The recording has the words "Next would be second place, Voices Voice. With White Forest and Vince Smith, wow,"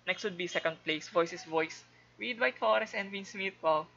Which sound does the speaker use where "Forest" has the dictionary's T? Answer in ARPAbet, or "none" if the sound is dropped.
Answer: none